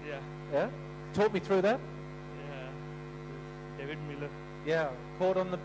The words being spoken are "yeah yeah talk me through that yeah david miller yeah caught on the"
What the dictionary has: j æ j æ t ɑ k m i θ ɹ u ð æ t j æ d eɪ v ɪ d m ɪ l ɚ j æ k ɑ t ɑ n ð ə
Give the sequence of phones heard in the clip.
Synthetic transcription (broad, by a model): j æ j æ t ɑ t m i θ ɹ u ð æ t j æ d eɪ v ɪ d m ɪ l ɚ j æ k ɑ t n ð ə